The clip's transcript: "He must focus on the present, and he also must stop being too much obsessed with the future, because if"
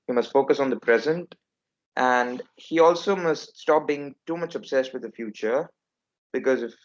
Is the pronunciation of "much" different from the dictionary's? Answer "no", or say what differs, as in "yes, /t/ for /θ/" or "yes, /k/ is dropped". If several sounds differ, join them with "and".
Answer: no